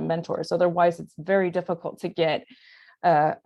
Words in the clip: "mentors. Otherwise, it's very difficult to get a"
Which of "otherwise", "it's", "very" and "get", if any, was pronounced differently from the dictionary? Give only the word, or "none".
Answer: none